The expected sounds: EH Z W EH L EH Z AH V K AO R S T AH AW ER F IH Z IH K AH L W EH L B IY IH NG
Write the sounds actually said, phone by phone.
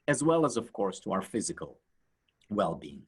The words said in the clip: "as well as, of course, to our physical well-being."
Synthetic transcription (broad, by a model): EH Z W EH L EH Z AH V K AO R S T AH AW ER F IH Z IH K AH L W EH L B IY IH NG